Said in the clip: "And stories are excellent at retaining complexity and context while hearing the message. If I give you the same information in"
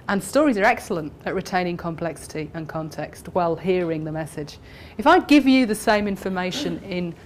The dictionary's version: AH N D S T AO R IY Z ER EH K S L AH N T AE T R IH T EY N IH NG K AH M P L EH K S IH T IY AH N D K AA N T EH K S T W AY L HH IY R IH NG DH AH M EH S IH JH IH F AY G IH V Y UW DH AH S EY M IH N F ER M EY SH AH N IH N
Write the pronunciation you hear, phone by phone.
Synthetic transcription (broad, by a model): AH N S T AO R IY Z ER EH K S L AH N T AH T R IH T EY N IH NG K AH M P L EH K S IH T IY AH N K AA N T EH K S T W AY L HH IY R IH NG DH AH M EH S IH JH IH F AY G IH V Y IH DH AH S EY M IH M F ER M EY SH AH N IH N